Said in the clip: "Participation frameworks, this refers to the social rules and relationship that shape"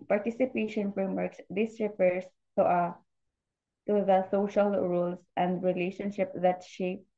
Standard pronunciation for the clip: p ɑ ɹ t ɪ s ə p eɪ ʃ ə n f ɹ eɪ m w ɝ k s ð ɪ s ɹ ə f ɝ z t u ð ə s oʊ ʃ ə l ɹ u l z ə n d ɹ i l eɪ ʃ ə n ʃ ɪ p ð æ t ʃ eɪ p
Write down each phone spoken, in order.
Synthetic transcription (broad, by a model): p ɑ ɹ t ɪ s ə p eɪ ʃ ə n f ɹ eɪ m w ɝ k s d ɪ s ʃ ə p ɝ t t u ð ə s oʊ ʃ ə l ɹ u l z ə n d ɹ i l eɪ ʃ ə n ʃ ɪ p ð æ t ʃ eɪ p